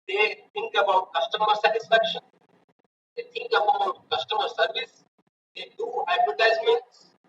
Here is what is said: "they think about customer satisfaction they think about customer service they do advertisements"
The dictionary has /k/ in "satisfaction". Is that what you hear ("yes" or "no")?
yes